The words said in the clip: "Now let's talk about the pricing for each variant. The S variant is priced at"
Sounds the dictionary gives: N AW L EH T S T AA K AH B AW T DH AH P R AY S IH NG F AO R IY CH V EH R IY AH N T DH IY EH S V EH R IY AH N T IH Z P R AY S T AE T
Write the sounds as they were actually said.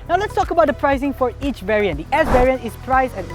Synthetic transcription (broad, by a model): N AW L EH T S T AA K AH B AW T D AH P R AY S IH NG F AO R IY CH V EH R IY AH N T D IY EH S V EH R IY AH N T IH S P R AY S EH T